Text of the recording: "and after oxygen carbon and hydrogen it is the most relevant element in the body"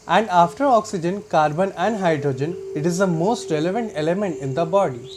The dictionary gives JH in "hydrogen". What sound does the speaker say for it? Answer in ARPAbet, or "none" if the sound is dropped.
JH